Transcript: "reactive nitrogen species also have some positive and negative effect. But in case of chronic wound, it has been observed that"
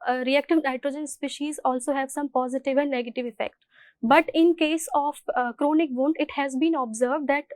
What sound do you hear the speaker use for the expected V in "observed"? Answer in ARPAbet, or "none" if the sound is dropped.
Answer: V